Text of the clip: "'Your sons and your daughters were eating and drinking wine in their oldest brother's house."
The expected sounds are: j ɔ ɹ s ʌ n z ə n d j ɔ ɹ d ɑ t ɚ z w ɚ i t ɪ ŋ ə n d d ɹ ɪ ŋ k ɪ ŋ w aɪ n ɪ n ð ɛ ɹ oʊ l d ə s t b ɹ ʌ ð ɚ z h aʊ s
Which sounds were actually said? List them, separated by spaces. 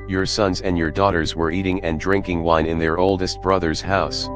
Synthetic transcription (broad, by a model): j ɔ ɹ s ʌ n z ə n d j ɔ ɹ d ɑ t ɚ z w ɚ i t ɪ ŋ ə n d d ɹ ɪ ŋ k ɪ ŋ w aɪ n ɪ n ð ɛ ɹ oʊ l d ə s t b ɹ ʌ ð ɚ z h aʊ s